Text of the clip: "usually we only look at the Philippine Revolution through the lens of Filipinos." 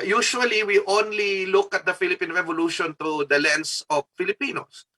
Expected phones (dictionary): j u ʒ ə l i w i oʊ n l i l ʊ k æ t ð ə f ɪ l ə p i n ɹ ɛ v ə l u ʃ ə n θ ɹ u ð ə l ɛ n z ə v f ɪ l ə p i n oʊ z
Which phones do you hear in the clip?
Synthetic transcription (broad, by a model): j u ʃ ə l i w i oʊ n l i l ʊ k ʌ t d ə f ɪ l ə p i n ɹ ɛ v ə l u ʃ ə n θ ɹ u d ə l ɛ n s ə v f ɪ l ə p i n oʊ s